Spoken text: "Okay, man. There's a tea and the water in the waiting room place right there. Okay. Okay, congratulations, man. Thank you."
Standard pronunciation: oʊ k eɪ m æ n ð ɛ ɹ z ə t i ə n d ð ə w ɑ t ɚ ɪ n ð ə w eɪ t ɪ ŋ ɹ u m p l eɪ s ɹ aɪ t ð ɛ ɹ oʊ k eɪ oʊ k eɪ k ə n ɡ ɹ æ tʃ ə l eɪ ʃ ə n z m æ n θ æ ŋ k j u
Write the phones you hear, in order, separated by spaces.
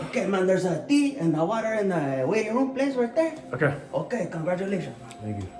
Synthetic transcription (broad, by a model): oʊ k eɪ m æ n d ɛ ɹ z ə t i ə n d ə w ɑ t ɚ ɪ n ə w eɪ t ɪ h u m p l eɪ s w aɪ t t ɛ oʊ k eɪ oʊ k eɪ k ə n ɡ ɹ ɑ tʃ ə l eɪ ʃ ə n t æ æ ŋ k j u